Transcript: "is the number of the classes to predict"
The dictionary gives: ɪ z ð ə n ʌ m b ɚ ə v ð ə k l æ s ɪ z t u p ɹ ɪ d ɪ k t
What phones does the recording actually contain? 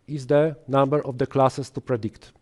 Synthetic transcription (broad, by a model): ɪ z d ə n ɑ m b ɚ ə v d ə k l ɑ s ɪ s t u p ɹ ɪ d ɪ k t